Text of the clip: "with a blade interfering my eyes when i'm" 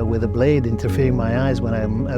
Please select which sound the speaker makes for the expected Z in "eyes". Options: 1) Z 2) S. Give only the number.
1